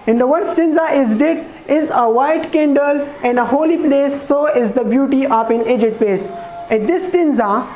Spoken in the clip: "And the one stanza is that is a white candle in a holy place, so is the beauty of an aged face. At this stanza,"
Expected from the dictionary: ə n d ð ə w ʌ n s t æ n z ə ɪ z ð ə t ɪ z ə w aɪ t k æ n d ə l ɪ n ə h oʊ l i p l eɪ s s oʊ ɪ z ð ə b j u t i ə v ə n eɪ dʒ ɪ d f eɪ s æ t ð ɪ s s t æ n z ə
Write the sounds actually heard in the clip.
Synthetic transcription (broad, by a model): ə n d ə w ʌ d s t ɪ n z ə ɪ z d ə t ɪ z ə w aɪ t k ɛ n d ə l ɪ n ə h oʊ l i p l eɪ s s oʊ ɪ z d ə b j u t i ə p ə n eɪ dʒ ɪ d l eɪ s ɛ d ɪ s s t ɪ n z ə